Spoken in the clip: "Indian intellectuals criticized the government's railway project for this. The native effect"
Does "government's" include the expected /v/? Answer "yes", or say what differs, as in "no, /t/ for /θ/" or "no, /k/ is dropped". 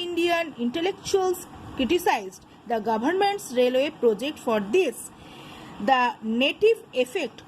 no, /b/ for /v/